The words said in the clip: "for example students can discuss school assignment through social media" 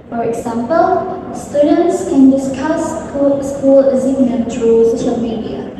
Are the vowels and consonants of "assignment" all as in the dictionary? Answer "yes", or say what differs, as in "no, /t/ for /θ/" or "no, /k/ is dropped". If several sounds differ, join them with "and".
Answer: no, /m/ is dropped